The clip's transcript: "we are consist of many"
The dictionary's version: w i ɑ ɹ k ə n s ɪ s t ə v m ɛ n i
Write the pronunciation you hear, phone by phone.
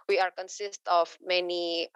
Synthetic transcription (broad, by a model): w i ɑ ɹ k ə n s ɪ s t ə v m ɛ n i